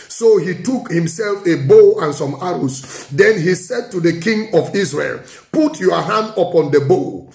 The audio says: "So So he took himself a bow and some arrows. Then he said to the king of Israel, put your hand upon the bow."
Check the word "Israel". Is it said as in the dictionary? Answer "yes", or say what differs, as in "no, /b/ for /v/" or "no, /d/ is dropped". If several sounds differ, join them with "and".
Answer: no, /s/ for /z/